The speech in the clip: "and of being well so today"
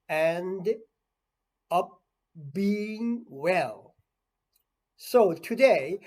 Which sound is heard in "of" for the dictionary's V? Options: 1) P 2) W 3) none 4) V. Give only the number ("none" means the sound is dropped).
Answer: 1